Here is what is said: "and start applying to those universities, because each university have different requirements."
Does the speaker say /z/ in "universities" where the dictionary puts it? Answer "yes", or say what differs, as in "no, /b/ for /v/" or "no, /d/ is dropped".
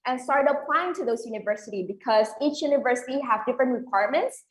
no, /z/ is dropped